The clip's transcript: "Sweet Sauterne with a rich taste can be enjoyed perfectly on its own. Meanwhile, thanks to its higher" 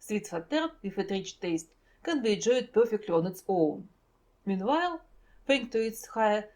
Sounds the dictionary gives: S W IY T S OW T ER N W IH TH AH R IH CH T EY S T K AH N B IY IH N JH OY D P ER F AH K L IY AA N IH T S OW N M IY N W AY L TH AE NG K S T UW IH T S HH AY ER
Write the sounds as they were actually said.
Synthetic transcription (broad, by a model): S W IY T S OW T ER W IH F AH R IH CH T EY S T K AH N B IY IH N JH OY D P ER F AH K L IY AA N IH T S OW L M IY N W AY L F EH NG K T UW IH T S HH AY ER